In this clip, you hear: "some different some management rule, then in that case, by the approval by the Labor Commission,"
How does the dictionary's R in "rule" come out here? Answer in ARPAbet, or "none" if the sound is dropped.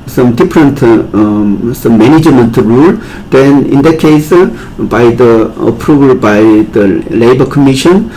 R